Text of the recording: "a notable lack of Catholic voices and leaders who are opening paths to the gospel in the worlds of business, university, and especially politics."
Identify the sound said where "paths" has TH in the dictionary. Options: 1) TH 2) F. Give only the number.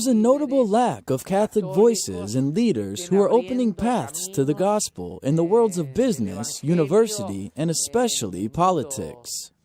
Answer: 1